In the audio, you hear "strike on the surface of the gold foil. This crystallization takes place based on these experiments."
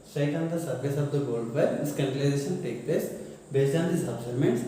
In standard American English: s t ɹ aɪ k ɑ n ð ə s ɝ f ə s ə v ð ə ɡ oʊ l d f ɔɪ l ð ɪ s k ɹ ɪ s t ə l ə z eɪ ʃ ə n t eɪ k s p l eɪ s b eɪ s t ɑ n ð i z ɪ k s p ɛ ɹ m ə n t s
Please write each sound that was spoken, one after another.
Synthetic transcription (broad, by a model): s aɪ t ɑ n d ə s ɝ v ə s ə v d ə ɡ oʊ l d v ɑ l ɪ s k ʌ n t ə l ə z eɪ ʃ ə n t eɪ k p l eɪ s b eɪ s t ɑ n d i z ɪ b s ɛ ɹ m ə n t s